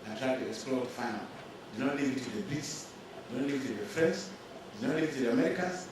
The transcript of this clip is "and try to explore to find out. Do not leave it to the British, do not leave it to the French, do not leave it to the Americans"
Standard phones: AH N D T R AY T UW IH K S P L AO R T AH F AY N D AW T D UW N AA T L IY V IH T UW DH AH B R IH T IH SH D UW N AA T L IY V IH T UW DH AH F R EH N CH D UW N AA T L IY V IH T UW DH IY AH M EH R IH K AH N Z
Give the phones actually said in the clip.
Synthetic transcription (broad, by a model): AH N T R AY T UW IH K S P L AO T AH F AY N AW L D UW N AA T L IY V IH T UW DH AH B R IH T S D UW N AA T L IY V IH T UW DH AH F R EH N S D UW N AA T L IY V IH T UW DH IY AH M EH R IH K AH N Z